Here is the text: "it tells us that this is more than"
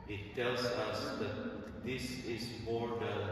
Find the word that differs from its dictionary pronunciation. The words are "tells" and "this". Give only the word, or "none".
none